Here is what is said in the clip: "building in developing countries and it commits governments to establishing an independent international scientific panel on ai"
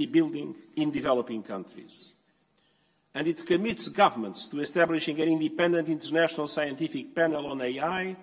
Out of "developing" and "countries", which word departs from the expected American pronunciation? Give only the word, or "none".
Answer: none